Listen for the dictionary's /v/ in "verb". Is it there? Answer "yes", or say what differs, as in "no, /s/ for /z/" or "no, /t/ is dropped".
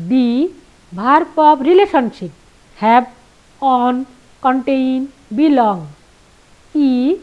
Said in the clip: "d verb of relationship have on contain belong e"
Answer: no, /b/ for /v/